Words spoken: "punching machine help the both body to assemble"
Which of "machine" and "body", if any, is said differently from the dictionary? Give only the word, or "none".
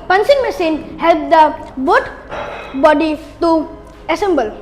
machine